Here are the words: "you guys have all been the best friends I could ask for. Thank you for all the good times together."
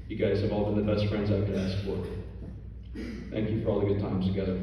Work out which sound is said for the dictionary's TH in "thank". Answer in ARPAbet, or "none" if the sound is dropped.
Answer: TH